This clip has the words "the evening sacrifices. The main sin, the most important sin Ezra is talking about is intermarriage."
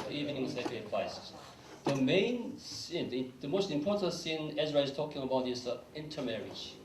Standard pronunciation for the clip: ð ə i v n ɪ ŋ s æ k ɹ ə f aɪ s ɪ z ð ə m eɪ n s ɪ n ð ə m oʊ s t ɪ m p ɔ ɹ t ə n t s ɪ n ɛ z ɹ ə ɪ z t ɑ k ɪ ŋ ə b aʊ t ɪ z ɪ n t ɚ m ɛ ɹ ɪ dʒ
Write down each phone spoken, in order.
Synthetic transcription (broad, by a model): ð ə i v n ɪ ŋ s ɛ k ə p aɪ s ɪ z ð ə m eɪ n s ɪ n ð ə m oʊ s t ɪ m p ɔ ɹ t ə n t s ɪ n ɛ z ɹ ə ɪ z t ɑ k ɪ ŋ ə b aʊ t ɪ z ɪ n t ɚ m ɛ ɹ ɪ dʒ